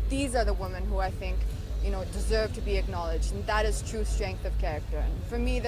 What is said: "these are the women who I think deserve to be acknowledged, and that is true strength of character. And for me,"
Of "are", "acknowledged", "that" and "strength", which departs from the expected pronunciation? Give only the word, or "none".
none